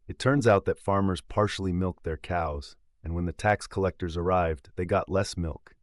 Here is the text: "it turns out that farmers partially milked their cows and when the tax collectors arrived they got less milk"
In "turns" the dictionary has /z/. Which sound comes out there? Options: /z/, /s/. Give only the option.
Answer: /z/